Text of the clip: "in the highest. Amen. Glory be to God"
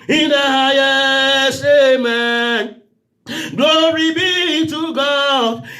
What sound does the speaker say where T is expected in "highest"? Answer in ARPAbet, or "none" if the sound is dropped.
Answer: none